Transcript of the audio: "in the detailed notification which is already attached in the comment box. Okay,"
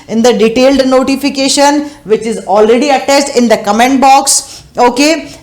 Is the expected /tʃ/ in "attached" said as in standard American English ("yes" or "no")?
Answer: no